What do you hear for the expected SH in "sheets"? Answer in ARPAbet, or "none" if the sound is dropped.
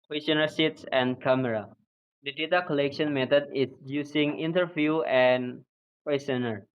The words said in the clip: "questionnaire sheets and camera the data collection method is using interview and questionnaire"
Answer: S